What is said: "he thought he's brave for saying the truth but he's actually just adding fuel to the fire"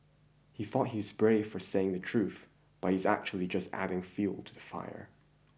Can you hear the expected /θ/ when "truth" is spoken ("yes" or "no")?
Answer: yes